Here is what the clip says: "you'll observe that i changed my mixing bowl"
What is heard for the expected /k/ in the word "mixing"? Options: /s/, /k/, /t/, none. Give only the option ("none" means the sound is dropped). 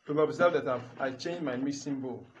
none